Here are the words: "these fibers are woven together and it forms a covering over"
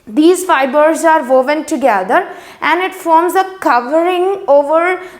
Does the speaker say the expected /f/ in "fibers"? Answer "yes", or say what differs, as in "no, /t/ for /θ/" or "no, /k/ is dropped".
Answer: yes